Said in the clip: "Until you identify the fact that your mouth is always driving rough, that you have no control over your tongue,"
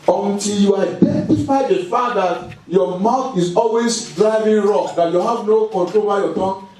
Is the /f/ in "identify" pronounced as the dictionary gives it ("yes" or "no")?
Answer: no